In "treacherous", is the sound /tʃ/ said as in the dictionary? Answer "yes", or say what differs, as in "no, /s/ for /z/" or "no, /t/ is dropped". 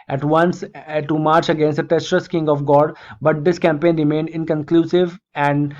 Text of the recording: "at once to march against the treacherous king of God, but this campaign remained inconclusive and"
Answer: no, /s/ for /tʃ/